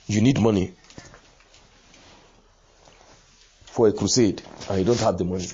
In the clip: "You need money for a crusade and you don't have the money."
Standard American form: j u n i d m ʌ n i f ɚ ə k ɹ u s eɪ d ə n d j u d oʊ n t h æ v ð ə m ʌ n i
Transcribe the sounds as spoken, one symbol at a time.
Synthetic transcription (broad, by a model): j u n i d m ʌ n i f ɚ ə k ɹ u s eɪ d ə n j u d oʊ n t h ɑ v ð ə m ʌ n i